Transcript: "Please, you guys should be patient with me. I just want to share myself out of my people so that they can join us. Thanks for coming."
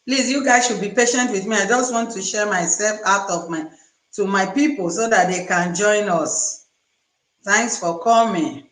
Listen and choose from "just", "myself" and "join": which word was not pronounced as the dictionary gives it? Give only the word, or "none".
none